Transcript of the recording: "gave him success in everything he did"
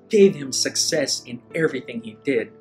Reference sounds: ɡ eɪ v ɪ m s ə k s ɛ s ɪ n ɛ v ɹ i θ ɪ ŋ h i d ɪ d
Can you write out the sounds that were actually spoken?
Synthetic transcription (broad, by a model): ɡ eɪ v ɪ m s ə k s ɛ s ɪ n ɛ v ɹ i θ ɪ ŋ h i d ɪ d